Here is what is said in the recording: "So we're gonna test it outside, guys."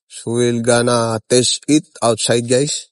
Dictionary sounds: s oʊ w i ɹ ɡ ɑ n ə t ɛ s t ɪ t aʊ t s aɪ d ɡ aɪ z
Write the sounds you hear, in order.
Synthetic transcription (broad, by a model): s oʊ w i l ɡ ɑ n ə t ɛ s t ɪ t aʊ t s aɪ d ɡ aɪ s